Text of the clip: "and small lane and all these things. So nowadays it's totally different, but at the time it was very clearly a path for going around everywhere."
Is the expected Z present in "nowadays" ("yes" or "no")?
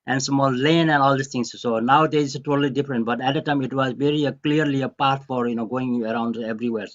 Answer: no